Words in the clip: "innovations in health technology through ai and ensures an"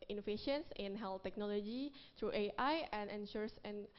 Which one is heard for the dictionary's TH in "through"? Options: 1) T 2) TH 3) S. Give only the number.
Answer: 1